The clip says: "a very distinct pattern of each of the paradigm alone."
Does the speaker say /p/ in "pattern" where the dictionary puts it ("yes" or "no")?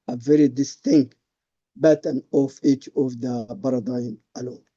no